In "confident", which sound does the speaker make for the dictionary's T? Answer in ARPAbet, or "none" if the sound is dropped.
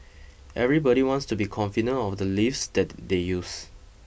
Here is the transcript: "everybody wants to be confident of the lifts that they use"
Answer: none